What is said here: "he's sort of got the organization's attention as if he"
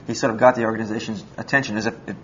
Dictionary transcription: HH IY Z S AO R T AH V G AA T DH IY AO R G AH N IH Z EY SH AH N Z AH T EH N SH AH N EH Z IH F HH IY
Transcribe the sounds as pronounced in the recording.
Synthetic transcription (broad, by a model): HH IY S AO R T AH V G AA T DH IY AO R G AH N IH Z EY SH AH N Z AH T EH N SH AH N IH Z IH F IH